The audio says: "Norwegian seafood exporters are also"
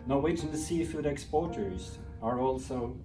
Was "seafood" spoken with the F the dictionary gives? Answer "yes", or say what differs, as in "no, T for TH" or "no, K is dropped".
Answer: yes